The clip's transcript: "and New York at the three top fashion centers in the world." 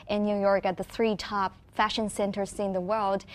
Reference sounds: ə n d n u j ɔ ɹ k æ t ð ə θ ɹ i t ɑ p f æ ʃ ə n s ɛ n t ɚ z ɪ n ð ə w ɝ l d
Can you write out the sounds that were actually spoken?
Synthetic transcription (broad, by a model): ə n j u j ɔ ɹ k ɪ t ð ə θ ɹ i t ɑ p f æ ʃ ə n s ɛ n t ɚ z ɪ n ð ə w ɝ l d